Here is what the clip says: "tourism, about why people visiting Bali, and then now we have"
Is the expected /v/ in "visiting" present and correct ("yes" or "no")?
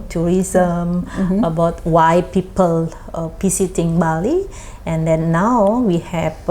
no